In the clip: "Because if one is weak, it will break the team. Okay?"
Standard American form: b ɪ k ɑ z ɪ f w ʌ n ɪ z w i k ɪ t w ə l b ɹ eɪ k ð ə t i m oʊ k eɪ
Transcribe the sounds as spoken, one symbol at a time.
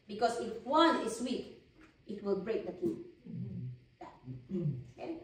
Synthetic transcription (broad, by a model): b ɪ k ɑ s ɪ f w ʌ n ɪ s w i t ɪ t w ə l b ɹ eɪ k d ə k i oʊ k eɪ